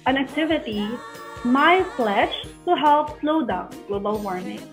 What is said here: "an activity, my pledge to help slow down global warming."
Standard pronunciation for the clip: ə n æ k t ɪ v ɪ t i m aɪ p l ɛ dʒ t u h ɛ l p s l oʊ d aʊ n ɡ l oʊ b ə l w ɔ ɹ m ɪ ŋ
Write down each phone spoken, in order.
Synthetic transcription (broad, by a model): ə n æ k t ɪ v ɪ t i m aɪ f l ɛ ʃ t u h ɛ l p s l oʊ d aʊ n ɡ l oʊ b ə l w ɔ ɹ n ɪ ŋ